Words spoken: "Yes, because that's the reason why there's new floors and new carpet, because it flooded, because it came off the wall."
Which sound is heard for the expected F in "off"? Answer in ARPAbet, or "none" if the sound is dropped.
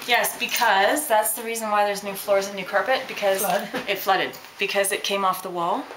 F